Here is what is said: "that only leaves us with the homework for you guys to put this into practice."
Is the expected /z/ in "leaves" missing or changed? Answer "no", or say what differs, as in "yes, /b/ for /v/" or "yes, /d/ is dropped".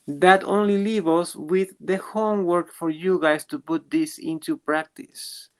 yes, /z/ is dropped